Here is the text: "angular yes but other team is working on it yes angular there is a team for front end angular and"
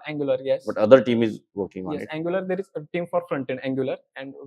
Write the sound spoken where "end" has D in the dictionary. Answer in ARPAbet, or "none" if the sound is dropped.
none